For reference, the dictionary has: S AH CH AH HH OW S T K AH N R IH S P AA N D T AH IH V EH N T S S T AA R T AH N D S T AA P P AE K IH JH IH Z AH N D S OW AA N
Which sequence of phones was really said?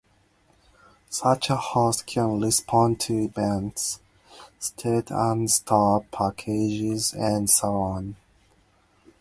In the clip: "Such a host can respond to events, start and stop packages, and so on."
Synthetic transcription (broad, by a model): S AH CH AH HH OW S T K AH N L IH S P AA N T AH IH B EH N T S S T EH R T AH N S T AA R P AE K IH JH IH Z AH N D S OW AA N